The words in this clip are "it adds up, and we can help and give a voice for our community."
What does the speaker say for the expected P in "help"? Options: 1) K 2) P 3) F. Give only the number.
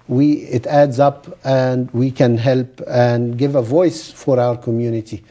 2